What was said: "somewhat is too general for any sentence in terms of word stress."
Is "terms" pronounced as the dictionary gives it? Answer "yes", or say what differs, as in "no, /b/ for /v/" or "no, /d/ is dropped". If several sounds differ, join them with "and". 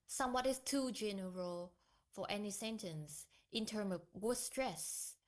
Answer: no, /z/ is dropped